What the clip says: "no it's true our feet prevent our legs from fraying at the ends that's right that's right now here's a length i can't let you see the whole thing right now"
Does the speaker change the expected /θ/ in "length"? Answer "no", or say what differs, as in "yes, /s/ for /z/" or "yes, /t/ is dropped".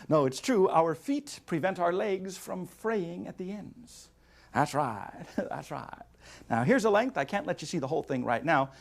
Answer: no